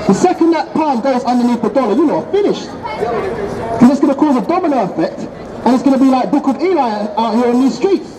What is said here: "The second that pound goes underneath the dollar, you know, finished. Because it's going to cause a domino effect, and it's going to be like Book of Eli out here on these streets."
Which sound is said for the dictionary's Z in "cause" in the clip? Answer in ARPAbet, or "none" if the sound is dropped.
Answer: Z